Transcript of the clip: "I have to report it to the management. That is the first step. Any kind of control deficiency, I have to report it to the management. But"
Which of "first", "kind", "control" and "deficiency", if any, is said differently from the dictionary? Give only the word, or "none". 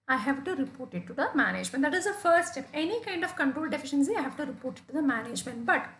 first